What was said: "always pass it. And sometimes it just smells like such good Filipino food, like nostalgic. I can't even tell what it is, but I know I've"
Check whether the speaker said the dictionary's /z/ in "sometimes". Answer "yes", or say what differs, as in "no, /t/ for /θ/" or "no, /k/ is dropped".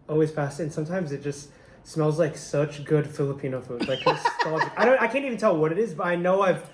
yes